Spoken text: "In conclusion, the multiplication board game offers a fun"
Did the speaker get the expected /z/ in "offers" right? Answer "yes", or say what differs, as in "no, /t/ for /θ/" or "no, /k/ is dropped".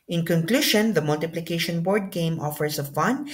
no, /s/ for /z/